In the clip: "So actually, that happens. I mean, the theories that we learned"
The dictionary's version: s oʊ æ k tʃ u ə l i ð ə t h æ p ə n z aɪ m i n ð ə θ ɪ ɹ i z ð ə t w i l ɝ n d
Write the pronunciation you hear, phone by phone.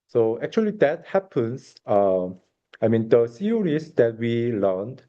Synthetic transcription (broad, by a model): s oʊ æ k tʃ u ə l i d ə t h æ p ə n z aɪ m i n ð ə s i ɹ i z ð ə t w i l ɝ n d